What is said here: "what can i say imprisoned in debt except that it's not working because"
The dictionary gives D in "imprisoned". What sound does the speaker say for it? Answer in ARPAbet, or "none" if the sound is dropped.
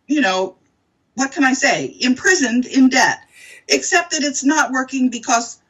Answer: D